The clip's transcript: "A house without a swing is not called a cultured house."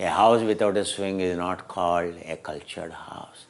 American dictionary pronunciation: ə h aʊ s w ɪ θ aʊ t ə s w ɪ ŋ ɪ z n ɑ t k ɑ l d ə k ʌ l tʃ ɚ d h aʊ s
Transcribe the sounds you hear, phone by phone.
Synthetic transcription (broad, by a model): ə h aʊ s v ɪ t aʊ t ə s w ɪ ŋ ɪ z n ɑ t k ɑ l d ə k ʌ l tʃ ɚ d h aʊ s